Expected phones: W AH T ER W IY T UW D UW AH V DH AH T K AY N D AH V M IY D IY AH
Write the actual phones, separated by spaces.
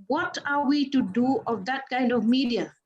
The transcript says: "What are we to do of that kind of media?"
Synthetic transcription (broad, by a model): W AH T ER W IY T UW D UW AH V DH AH T K AY N D AH V M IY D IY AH